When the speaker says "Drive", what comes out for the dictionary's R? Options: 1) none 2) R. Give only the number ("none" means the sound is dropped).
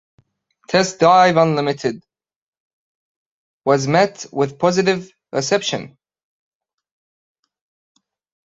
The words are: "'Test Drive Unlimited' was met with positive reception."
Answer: 1